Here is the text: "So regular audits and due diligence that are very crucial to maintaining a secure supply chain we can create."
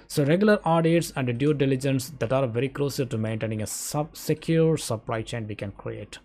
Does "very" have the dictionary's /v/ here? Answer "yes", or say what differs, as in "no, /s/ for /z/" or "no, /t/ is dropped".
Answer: yes